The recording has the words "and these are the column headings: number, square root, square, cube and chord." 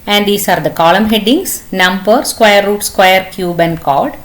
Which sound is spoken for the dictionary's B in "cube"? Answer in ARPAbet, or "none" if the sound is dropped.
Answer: B